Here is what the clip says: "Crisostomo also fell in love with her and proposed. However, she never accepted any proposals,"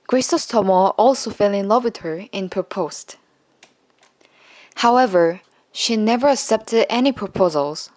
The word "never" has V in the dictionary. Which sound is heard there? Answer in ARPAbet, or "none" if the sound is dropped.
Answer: V